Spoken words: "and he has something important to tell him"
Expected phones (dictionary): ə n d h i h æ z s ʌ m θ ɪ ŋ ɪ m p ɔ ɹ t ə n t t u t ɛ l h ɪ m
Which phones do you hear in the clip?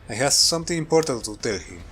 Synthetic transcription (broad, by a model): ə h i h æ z s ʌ m t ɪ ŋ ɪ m p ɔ ɹ t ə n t t u t ɛ l h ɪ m